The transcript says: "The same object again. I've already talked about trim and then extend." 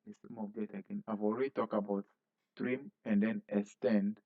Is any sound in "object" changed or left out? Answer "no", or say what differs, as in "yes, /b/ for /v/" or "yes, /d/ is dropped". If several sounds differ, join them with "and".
yes, /k/ is dropped